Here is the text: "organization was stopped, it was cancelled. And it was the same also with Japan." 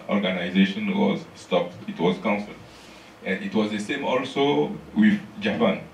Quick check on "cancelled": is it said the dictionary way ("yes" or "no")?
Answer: no